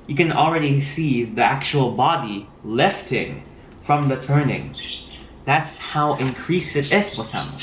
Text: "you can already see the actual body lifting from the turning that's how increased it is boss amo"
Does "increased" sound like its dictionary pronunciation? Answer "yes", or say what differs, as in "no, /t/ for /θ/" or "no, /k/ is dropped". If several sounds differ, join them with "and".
no, /t/ is dropped